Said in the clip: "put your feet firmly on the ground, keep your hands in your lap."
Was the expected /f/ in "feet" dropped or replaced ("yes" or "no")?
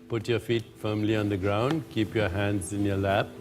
no